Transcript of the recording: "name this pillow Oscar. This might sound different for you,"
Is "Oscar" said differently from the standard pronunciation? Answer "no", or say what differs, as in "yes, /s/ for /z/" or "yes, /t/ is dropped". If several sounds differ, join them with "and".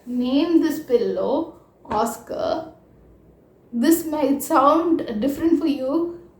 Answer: no